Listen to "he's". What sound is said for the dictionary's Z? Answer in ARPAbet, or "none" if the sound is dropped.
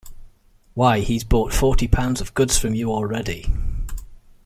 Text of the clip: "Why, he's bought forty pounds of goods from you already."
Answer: Z